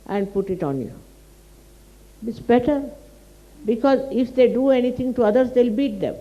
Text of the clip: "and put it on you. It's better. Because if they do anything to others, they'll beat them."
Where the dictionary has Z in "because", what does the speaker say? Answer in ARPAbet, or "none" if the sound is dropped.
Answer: Z